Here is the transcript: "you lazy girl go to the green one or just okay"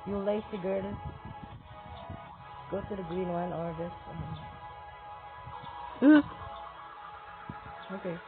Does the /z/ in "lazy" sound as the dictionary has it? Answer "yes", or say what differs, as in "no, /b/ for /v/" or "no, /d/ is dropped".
no, /s/ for /z/